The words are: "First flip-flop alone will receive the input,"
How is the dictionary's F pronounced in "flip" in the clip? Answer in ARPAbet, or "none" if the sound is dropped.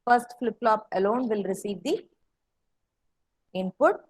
F